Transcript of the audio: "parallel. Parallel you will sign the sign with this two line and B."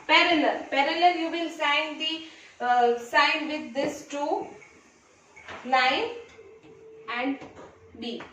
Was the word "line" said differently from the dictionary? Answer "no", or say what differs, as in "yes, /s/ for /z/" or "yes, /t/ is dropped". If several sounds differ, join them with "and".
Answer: yes, /n/ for /l/